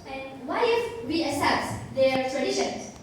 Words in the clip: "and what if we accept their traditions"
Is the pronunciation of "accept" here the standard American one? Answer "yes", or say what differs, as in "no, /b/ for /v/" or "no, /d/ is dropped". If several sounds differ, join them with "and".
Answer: no, /k/ is dropped